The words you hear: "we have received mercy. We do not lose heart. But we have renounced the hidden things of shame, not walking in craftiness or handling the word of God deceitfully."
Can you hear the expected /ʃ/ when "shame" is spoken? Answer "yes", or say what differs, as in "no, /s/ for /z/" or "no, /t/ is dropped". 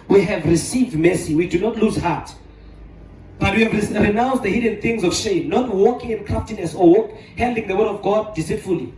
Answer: yes